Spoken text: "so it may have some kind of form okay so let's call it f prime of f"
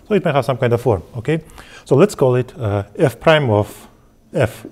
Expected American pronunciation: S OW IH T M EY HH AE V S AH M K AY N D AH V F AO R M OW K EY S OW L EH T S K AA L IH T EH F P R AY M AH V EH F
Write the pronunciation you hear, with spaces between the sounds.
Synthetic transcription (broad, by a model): S OW IH T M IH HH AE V S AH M K AY N D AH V F AO R M OW K EY S OW L EH T S K AA L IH T EH F P R AY M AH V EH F